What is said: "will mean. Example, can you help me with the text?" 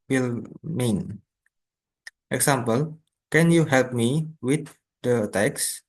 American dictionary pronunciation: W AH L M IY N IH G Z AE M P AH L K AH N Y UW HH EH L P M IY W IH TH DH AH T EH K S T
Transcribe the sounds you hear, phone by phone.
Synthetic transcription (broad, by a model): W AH L M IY N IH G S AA M P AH L K AH N Y UW HH EH L P M IY W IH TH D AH T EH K S